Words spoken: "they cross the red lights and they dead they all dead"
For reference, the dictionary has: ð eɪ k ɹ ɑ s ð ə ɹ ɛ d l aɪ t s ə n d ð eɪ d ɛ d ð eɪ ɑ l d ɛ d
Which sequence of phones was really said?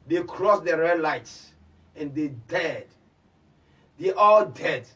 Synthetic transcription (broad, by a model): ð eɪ k ɹ ɑ s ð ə ɹ ɛ d l aɪ t s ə n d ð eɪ d ɛ d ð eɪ ɑ l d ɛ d